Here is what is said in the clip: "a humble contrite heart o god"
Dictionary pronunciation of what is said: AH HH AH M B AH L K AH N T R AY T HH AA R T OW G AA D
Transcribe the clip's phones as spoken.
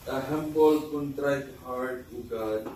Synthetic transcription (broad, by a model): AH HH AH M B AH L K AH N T R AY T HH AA W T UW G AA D